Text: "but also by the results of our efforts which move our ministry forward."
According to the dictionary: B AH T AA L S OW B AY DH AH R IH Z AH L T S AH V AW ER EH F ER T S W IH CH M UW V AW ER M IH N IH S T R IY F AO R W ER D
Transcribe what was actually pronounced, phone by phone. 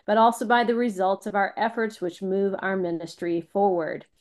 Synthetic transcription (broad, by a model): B AH T AA L S OW B AY DH AH R IH Z AH L T S AH V AW ER EH F ER T S W IH CH M UW V AW ER M IH N IH S T R IY F AO R W ER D